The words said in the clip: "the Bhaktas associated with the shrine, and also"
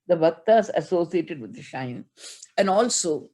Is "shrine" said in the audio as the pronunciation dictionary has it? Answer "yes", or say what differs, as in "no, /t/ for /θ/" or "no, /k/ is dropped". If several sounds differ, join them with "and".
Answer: no, /ɹ/ is dropped